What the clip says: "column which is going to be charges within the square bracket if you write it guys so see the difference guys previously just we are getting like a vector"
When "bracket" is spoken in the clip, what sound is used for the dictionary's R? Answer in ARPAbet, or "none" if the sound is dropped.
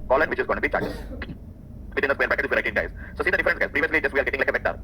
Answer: none